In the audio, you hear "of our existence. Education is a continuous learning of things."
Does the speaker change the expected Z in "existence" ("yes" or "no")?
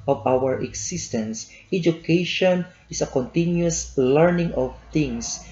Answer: yes